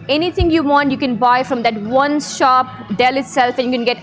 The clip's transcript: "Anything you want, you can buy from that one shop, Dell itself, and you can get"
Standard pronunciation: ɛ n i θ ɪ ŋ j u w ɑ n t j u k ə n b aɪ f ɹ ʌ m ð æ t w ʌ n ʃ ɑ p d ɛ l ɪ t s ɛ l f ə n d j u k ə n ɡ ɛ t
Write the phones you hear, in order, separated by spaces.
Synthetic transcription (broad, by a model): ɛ n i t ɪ ŋ j u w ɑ n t j u k ə n b aɪ f ɹ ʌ m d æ t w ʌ n ʃ ɑ p d ɛ l ɪ t s ɛ l f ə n j u k ə n ɡ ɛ t